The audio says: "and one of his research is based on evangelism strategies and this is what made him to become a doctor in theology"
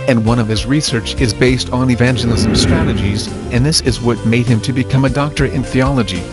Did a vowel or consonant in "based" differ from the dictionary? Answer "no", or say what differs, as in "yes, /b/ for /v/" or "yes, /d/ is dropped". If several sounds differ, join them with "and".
no